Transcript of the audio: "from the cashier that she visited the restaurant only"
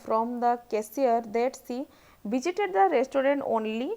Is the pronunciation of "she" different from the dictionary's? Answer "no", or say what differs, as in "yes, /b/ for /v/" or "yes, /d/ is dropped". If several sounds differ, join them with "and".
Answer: yes, /s/ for /ʃ/